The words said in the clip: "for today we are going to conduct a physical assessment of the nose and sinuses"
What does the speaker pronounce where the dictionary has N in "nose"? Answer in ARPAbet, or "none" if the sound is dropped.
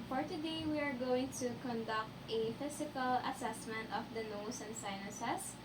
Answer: L